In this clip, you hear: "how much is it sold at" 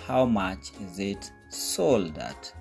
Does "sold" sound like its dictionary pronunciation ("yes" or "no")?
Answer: yes